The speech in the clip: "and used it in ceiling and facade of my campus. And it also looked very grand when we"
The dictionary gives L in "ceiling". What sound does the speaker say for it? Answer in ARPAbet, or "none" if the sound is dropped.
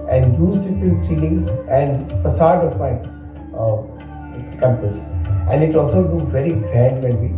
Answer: none